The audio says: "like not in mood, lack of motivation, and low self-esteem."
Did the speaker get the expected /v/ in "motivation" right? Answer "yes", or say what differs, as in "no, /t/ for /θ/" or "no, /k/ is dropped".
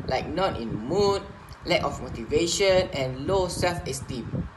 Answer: yes